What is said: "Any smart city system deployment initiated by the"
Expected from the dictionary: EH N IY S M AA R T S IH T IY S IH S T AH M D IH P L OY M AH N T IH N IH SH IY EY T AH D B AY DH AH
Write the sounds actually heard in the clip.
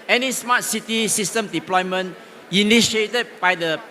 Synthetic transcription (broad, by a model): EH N IY S M AA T S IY T IY S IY S T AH M D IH P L OY M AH N IH N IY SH IY EY T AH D B AY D AH